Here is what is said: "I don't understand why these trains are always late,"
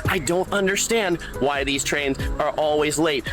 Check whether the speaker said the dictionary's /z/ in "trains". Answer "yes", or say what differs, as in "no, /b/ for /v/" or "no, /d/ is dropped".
yes